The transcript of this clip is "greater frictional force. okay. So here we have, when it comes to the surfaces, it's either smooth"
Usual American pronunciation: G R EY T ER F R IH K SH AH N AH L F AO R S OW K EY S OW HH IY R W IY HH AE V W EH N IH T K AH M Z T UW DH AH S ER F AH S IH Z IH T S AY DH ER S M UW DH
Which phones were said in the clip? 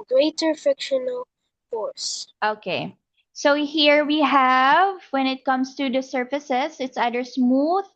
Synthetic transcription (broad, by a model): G R EY T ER F IH K SH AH N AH L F AO R S OW K EY S OW HH IY R W IY HH AE V W EH N IH T K AH M S T UW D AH S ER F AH S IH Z IH T S AY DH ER S M UW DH